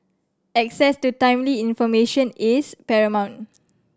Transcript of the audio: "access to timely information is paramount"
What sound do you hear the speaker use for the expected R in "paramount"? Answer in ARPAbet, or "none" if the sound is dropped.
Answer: R